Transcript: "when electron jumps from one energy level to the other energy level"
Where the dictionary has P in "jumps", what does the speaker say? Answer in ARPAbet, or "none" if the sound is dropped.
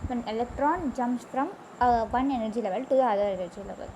none